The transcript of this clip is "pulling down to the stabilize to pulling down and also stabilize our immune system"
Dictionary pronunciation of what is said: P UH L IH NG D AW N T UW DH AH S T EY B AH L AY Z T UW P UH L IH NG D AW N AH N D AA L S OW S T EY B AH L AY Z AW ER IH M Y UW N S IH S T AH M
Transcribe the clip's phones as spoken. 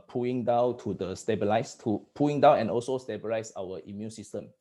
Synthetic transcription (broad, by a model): P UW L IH NG D AW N T UW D AH S T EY B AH L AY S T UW P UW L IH NG D AW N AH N AA L S OW S T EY B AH L AY S AW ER IH M Y UW N S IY S T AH M